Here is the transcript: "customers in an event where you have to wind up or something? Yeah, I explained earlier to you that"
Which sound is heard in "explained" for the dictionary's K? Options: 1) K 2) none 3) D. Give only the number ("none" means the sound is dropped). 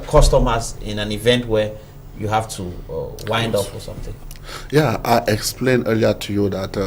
1